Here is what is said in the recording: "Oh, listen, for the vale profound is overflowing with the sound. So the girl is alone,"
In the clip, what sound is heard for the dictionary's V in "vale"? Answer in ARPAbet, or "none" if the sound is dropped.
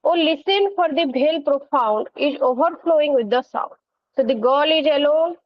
B